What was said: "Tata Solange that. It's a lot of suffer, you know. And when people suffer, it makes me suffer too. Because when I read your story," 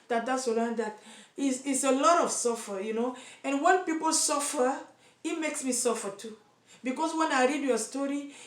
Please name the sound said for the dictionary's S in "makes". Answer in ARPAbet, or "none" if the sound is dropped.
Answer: S